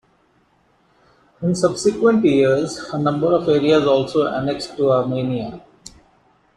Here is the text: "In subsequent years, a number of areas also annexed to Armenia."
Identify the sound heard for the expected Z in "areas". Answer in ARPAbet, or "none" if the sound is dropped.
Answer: Z